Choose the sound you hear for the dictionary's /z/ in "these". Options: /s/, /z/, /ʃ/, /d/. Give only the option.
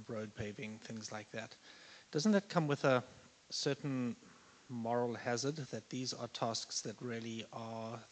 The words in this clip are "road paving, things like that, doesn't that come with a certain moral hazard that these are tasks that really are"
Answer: /z/